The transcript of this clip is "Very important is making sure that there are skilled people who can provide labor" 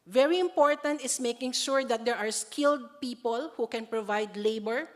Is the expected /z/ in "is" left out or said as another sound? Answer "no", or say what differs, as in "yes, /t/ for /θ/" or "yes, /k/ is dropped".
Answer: yes, /s/ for /z/